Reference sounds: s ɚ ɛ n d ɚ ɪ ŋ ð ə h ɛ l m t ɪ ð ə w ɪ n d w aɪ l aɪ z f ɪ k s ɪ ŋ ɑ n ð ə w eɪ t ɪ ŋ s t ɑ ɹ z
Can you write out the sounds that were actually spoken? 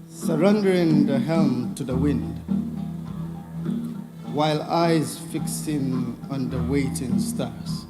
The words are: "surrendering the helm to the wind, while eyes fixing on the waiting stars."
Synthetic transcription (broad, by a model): s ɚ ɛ n d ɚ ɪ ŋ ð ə h ɛ l m t ɪ ð ə w ɪ n d w aɪ l aɪ z f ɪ k s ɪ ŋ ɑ n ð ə w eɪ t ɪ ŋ s t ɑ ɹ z